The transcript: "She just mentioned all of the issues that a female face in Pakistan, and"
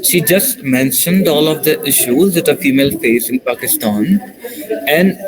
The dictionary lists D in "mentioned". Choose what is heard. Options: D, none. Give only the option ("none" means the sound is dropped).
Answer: D